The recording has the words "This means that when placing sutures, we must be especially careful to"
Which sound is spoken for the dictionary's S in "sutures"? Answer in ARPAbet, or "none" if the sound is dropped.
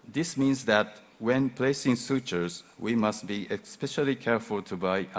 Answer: S